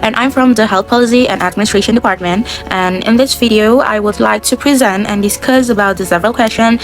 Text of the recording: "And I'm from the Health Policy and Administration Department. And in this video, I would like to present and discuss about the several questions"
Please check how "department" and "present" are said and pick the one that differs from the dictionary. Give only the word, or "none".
none